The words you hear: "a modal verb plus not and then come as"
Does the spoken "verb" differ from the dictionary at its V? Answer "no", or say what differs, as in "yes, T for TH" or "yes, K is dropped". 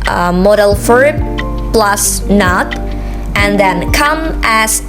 yes, F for V